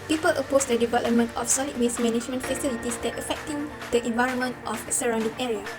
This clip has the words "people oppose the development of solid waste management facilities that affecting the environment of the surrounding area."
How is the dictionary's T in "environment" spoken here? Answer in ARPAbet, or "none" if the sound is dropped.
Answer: T